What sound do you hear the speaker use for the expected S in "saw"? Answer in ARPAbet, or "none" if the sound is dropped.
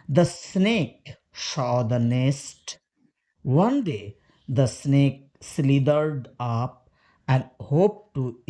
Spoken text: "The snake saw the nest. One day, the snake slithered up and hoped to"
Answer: SH